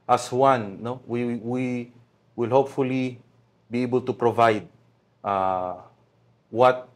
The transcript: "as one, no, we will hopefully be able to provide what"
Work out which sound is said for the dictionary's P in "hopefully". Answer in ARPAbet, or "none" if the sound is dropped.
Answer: P